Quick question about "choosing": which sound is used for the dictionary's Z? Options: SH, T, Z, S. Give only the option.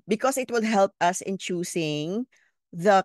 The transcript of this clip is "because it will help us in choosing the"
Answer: S